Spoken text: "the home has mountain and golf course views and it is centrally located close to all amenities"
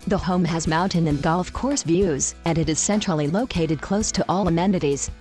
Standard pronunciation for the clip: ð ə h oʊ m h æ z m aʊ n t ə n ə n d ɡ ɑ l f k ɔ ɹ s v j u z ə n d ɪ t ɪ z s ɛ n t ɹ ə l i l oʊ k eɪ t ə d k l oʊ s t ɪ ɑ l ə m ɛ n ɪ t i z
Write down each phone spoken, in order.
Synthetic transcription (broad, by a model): ð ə h oʊ m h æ z m aʊ n t ə n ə n ɡ ɑ l f k ɔ ɹ s v j u z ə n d ɪ t ɪ z s ɛ n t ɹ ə l i l oʊ k eɪ t ə d k l oʊ s t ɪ ɑ l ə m ɛ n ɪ t i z